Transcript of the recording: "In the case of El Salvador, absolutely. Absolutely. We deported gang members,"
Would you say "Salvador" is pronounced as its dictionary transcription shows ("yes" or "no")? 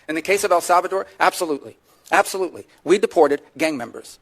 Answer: yes